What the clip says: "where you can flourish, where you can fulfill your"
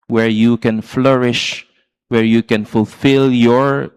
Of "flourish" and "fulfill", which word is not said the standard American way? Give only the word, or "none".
none